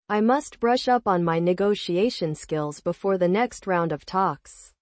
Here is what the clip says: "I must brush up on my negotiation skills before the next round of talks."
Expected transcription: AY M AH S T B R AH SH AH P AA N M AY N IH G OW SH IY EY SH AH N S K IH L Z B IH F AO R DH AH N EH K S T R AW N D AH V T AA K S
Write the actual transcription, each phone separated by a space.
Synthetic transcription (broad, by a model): AY M AH S T B R AH SH AH P N M AY N IH G OW SH IY EY SH AH N S K IH L Z B IH F AO R DH AH N EH K S T R AW N D AH V T AA K S